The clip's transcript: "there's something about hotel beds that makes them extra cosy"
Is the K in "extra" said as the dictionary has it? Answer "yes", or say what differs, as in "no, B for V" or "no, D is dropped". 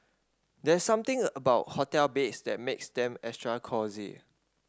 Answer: no, K is dropped